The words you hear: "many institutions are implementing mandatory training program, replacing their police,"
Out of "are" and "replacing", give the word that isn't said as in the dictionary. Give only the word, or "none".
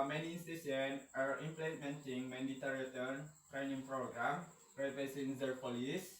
replacing